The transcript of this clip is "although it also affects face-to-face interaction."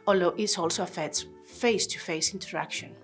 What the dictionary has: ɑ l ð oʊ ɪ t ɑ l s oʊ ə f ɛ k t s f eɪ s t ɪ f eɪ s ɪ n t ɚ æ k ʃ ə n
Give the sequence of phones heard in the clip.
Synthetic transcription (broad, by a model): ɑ l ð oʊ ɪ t ɑ l s oʊ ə f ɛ t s f eɪ s t ɪ f eɪ s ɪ n t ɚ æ k ʃ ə n